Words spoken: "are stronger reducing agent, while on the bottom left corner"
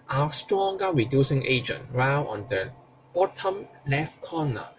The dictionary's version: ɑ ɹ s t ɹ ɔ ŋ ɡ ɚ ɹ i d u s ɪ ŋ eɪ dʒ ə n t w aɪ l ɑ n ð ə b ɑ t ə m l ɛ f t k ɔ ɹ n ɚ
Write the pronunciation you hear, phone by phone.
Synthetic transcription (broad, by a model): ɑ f s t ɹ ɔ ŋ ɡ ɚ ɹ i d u s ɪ ŋ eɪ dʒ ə n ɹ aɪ w ɑ n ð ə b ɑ t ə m l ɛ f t k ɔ n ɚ